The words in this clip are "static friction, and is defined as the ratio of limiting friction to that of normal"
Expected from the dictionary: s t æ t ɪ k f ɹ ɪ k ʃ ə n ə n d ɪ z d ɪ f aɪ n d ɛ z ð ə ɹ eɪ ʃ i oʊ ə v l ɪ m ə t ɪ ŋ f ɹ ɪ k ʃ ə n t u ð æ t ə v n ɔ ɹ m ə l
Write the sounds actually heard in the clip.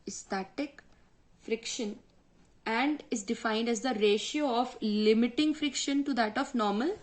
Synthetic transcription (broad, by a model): s t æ t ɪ k f ɹ ɪ k ʃ ə n ə n d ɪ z d ɪ f aɪ n d ɛ z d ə ɹ eɪ ʃ i oʊ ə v l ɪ m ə t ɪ ŋ f ɹ ɪ k ʃ ə n t u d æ t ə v n ɔ ɹ m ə l